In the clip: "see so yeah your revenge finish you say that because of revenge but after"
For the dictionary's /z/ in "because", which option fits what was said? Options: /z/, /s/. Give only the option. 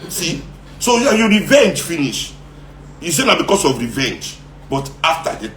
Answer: /s/